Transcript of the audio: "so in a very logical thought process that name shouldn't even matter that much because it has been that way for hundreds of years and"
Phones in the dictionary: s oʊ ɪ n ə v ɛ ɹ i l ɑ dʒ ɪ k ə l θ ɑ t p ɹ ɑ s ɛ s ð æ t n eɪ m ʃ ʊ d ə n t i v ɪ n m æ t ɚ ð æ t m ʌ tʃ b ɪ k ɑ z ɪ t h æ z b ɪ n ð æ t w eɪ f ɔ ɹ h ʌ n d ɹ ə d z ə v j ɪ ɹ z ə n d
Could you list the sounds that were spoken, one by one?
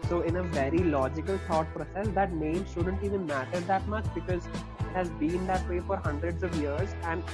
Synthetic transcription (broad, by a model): s oʊ ɪ n ə v ɛ ɹ i l ɑ dʒ ɪ k ə l t ɑ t p ɹ ɑ s ɛ s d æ t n eɪ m ʃ ʊ d ə n t i v ɪ n m æ t ɚ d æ t m ʌ tʃ b ɪ k ɑ z ɪ t h æ z b ɪ n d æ t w eɪ f ɔ ɹ h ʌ n d ɹ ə d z ə v j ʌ ɹ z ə n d